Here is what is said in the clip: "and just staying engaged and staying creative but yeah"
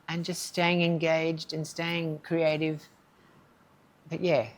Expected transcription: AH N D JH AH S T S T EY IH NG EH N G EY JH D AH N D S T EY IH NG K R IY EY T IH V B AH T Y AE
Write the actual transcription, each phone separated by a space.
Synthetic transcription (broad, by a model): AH N JH AH S T S T EY IH NG EH N G EY JH D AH N S T EY IH NG K R IY EY T IH V B AH T Y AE